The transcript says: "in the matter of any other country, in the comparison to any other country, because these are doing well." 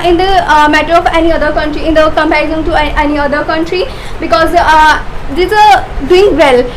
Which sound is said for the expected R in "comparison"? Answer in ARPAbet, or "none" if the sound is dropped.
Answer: none